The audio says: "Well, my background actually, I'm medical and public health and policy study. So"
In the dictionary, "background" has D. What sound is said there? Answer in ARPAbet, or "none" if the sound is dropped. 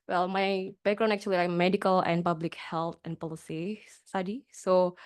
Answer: none